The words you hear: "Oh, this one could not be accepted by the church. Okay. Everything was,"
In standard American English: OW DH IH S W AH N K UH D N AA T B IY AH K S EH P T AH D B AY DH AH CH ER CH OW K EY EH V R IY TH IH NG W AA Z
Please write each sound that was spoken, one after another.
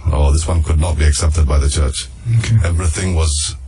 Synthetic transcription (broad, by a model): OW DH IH S W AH N K UH D N AA T B IY AH K S EH P T AH D B AY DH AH CH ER CH OW K EY EH V R IY TH IH NG W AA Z